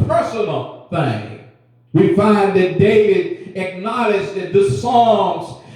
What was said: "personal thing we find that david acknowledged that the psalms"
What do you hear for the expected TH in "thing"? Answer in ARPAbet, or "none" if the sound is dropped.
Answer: TH